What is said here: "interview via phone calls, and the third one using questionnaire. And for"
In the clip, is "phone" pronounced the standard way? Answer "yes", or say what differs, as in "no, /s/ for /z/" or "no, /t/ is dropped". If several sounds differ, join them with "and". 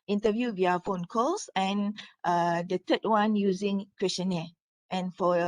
yes